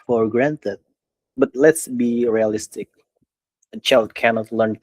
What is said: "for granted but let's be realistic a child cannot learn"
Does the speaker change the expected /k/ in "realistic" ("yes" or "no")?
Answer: no